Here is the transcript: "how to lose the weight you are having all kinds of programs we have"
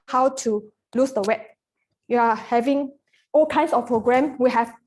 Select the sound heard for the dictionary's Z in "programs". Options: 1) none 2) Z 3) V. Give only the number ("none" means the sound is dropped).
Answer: 1